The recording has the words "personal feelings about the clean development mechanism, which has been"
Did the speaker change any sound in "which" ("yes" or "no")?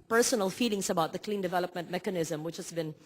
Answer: no